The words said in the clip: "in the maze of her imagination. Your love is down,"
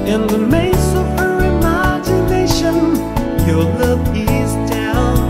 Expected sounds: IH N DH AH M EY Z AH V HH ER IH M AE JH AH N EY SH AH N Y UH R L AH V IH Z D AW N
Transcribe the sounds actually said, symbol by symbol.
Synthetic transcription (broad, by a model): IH N DH AH M EY S AH V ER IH M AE JH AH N EY SH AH N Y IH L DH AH P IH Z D AW N